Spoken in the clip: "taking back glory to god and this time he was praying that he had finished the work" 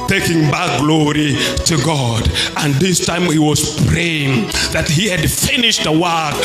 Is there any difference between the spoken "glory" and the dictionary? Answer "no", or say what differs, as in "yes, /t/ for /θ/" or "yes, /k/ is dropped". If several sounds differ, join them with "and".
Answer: no